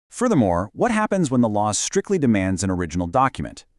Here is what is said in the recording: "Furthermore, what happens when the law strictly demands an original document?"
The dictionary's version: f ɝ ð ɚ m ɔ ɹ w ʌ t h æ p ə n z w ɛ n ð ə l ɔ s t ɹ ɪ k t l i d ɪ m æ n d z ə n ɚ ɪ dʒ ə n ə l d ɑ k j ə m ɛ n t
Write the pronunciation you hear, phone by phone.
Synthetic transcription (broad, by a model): f ɝ ð ɚ m ɔ ɹ w ʌ t h æ p ə n z w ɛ n ð ə l ɔ s t ɹ ɪ k t l i d ɪ m æ n d z ə n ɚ ɪ dʒ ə n l d ɑ k j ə m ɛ n t